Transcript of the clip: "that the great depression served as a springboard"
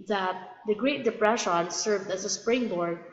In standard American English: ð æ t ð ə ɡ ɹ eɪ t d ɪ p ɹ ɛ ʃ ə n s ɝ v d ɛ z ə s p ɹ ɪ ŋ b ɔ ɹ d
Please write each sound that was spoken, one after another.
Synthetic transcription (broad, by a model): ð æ t ð ə ɡ ɹ eɪ t d ɪ p ɹ ɛ ʃ ə n s ɝ v d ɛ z ə s p ɹ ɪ ŋ b ɔ ɹ d